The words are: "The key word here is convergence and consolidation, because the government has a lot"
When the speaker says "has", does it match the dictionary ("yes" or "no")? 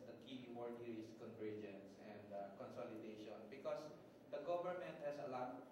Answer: no